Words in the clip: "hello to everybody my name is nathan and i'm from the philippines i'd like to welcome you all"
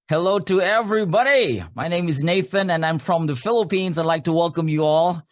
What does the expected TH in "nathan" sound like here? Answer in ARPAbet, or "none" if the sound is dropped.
TH